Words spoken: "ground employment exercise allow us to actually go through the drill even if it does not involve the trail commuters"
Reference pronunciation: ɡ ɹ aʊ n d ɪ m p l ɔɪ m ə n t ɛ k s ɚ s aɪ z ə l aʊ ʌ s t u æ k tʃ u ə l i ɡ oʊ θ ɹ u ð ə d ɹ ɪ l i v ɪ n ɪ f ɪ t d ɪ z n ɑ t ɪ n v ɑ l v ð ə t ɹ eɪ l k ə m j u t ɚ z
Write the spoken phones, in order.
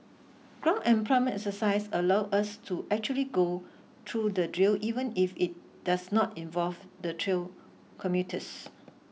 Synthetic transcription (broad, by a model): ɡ ɹ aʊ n ɪ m p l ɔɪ m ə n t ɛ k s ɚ s aɪ s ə l aʊ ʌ s t u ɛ k tʃ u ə l i ɡ oʊ t ɹ u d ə d ɹ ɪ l i v ɪ n ɪ f ɪ t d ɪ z n ɑ t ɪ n v ɑ l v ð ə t ɹ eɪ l k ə m j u t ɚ s